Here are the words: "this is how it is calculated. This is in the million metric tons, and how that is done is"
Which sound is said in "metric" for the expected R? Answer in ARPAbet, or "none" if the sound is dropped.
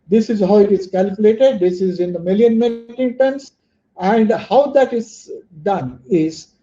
none